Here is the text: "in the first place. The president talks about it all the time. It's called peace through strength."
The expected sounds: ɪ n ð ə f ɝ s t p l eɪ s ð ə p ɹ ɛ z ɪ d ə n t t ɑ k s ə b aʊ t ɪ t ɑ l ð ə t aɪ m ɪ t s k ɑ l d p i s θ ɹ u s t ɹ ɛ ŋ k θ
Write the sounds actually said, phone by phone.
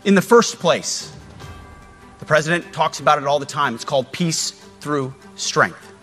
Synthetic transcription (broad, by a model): ɪ n ð ə f ɝ s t p l eɪ s ð ə p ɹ ɛ z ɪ d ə n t t ɑ k s ə b aʊ t ɪ t ɑ l ð ə t aɪ m ɪ t s k ɑ l d p i s θ ɹ u s t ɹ ɛ ŋ k θ